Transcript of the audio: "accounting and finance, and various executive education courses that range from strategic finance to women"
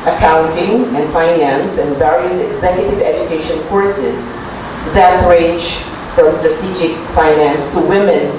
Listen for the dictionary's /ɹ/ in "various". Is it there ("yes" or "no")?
yes